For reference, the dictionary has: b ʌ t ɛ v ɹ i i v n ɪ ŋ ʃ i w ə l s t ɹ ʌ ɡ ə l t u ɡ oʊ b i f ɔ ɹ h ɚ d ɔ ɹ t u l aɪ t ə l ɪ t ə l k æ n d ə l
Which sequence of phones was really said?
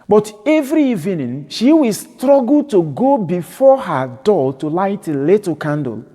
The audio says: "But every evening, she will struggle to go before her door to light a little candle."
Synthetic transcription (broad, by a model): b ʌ t ɛ v ɹ i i v n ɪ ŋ ʃ i w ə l s t ɹ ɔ ɡ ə l t u ɡ oʊ b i f ɔ h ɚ d ɔ l t u l aɪ t ə l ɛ t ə k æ n d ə l